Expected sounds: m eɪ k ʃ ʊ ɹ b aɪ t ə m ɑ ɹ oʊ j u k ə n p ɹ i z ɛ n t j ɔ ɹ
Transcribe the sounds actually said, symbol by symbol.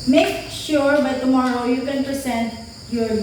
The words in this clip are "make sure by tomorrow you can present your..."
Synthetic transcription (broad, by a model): m eɪ k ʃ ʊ ɹ b aɪ t ə m ɑ ɹ oʊ j u k ə n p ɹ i s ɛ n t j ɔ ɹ